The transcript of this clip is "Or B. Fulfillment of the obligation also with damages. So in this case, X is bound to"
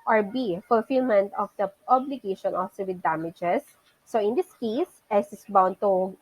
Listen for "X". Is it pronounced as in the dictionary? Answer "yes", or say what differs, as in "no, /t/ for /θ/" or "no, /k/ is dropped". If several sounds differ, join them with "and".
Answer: no, /k/ is dropped